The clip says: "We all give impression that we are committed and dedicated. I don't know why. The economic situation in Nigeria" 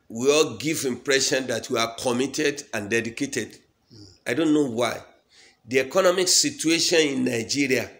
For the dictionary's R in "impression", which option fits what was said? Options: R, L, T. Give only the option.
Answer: R